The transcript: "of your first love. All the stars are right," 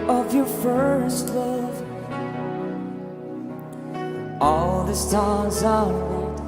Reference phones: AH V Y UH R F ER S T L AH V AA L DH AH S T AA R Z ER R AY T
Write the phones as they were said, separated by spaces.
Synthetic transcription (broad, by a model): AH V Y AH R F ER S T L AH V AA L DH AH S T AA L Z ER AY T